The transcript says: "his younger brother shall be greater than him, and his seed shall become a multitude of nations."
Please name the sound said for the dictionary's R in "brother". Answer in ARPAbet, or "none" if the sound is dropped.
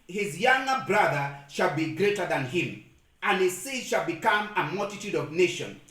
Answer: R